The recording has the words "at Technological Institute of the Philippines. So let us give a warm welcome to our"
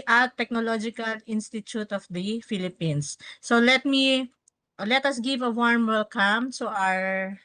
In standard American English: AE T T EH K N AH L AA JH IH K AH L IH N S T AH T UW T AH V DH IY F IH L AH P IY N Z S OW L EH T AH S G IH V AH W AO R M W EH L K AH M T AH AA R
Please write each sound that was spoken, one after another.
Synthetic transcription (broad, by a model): T T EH K N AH L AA JH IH K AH L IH N S T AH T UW T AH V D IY F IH L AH P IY N S OW L EH T AH S G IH V AH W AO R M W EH L K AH M S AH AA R